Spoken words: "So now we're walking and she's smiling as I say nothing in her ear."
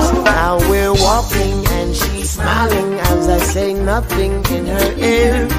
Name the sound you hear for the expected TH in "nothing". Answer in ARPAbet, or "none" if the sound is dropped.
TH